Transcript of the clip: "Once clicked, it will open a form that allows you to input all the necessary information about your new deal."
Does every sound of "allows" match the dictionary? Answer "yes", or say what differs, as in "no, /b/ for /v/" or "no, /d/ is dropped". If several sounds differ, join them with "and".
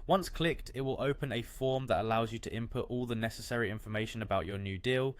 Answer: yes